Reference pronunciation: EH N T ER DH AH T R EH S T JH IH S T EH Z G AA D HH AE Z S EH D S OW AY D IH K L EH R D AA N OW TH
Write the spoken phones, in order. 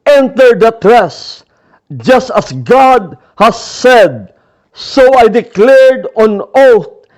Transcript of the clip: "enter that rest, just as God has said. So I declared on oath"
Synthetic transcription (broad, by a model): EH N T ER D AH T R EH S JH IH S T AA S G AA D HH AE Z S EH D S OW AY D IH K L EH R D AA N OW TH